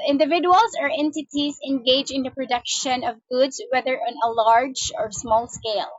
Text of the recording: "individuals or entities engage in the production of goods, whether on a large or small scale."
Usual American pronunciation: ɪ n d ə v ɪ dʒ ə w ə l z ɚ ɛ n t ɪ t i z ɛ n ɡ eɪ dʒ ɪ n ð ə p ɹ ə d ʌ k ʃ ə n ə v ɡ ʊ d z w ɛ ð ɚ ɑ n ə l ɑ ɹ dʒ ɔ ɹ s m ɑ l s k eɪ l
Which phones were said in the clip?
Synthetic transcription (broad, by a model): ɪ n d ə v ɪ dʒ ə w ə l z ɚ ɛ n t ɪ t i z ɛ n ɡ eɪ dʒ ɪ n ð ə p ɹ ə d ʌ k ʃ ə n ə v ɡ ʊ d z w ɛ ð ɚ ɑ n ə l ɑ ɹ dʒ ɔ ɹ s m ɑ l s k eɪ l